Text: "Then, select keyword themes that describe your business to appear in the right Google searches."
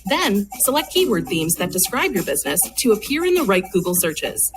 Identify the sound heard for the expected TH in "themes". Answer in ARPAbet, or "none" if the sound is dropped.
TH